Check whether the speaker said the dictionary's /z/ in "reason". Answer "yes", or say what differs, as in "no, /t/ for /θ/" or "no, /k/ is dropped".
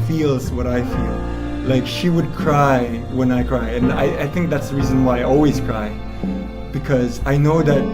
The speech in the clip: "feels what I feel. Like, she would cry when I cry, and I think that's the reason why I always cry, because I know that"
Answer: yes